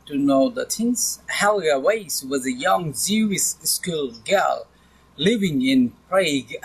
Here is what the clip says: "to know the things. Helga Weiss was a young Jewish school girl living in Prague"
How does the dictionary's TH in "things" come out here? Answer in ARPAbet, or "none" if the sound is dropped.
S